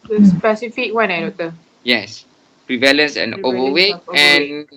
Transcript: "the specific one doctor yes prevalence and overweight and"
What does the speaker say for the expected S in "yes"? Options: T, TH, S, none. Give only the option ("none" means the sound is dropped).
S